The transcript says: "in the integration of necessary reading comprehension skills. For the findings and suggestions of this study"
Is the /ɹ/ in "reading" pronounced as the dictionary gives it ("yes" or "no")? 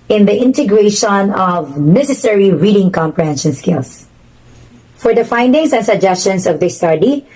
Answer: yes